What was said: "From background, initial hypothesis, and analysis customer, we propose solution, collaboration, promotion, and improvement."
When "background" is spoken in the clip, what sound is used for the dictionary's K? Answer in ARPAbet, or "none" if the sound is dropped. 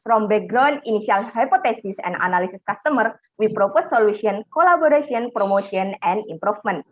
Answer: none